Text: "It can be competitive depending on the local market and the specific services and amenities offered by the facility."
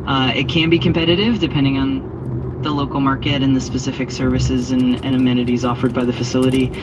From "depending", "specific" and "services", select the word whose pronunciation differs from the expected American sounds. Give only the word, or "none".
none